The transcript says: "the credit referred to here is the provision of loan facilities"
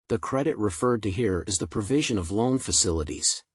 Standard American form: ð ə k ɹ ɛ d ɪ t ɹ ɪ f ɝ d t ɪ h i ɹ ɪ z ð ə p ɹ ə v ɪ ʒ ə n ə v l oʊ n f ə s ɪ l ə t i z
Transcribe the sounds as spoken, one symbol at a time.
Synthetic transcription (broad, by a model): ð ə k ɹ ɛ d ɪ t ɹ ɪ f ɝ d t ɪ h i ɹ ɪ z ð ə p ɹ ə v ɪ ʒ ə n ə v l oʊ n f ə s ɪ l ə t i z